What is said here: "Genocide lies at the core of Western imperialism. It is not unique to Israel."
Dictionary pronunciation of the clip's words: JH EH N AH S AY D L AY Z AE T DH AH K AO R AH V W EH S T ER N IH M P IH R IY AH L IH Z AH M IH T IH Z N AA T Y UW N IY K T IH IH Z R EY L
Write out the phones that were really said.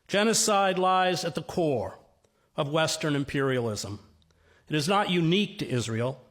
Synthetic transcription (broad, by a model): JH EH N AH S AY D L AY Z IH T DH AH K AO R AH V W EH S T ER N IH M P IH R IY AH L IH Z AH M IH T IH Z N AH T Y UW N IY K T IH IH Z R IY L